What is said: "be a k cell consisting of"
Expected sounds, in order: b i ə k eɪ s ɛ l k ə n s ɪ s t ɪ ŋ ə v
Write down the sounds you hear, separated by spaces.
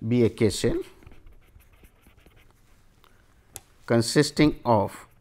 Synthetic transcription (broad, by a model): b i ə k eɪ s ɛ n k ə n s ɪ s t ɪ ŋ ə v